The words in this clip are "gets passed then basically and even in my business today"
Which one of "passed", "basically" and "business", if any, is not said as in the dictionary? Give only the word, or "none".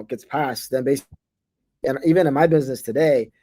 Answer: basically